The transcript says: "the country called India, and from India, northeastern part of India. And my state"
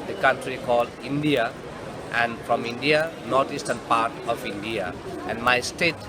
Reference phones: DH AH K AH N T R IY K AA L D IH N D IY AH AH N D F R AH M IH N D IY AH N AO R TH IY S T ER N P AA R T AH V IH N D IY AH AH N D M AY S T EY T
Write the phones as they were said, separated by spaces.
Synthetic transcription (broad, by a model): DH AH K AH N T R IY K AA L D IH N D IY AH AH N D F R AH M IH N D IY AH N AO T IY S T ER N P AA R T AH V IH N D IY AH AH N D M AY S T EY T